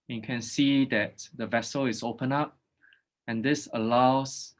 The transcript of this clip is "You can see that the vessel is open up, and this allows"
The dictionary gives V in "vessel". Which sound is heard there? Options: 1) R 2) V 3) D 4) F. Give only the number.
2